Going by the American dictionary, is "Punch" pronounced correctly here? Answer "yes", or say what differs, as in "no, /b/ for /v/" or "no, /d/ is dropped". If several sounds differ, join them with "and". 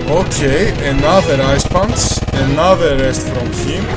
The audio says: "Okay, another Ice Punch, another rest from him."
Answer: no, /s/ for /tʃ/